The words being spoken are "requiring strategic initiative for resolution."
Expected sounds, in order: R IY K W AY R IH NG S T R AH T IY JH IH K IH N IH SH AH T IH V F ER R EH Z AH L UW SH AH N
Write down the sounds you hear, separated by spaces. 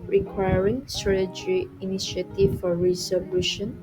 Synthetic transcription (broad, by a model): R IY K W AY R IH NG S T R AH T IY JH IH IH N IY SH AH T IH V F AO R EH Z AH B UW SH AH N